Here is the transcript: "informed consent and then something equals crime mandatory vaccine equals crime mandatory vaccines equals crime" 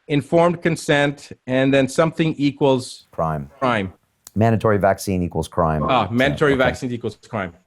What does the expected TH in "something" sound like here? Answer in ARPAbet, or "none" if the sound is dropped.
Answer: TH